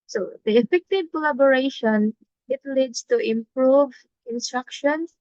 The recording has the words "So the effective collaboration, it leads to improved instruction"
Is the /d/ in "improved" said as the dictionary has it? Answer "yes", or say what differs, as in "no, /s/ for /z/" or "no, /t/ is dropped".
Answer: no, /d/ is dropped